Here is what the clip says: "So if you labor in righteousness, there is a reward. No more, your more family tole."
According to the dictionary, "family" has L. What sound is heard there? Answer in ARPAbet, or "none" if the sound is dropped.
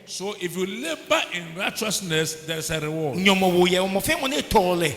N